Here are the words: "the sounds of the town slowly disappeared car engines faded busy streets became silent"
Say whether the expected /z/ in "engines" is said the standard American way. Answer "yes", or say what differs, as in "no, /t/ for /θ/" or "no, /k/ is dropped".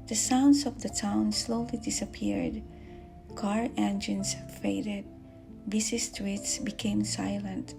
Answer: no, /s/ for /z/